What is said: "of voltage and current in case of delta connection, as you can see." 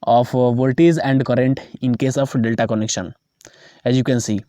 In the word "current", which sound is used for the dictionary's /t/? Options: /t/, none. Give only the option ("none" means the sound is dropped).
/t/